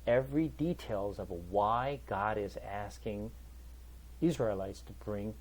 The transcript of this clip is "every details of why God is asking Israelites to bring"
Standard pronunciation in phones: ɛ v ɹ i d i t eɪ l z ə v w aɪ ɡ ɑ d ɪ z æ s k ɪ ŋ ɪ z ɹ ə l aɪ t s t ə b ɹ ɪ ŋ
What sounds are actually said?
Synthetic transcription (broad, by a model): ɛ v ɹ i d i t eɪ l z ə v w aɪ ɡ ɑ d ɪ z æ s k ɪ ŋ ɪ z ɹ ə l aɪ t s t ə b ɹ ɪ ŋ